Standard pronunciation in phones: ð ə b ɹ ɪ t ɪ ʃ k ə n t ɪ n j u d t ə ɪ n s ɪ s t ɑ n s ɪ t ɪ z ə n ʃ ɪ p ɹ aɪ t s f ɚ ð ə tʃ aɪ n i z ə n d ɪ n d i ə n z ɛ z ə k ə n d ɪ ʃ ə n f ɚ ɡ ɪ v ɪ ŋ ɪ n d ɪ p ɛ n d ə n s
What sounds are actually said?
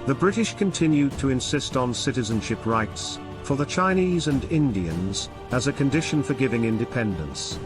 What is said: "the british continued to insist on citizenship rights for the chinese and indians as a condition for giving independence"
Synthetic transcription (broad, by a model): ð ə b ɹ ɪ t ɪ ʃ k ə n t ɪ n j u d t ə ɪ n s ɪ s t n s ɪ t ɪ z ə n ʃ ɪ p ɹ aɪ t s f ɚ ð ə tʃ aɪ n i z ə n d ɪ n d i ə n z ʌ z ə k ə n d ɪ ʃ ə n f ɚ ɡ ɪ v ɪ ŋ ɪ n d ɪ p ɛ n d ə n s